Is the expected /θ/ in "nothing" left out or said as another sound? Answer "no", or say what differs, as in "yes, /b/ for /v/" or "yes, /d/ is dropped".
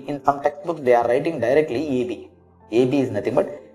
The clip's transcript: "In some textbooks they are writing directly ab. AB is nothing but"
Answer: yes, /t/ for /θ/